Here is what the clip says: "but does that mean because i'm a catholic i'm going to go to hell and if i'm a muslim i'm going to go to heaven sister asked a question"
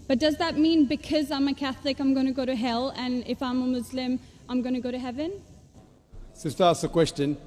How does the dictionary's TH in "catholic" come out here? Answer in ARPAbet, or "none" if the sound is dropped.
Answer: TH